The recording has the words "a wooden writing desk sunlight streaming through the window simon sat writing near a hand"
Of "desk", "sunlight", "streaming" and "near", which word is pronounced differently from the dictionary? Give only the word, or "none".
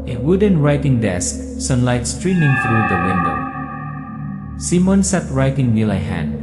near